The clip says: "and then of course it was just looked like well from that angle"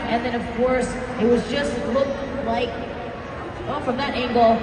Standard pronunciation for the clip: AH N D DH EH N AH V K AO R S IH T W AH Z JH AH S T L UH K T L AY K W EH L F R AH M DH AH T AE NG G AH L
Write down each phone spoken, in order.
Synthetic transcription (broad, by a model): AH N DH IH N AH V K AO R S IH T W AH Z JH AH S T L UH K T L AY K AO F R AH M DH AH T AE NG G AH L